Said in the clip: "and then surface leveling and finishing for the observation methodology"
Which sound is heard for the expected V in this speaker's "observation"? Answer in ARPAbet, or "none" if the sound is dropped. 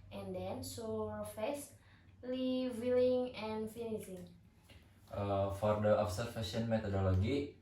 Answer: F